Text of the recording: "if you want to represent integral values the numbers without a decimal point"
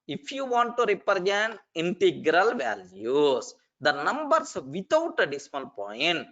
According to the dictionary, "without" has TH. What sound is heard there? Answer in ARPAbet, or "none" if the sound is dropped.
T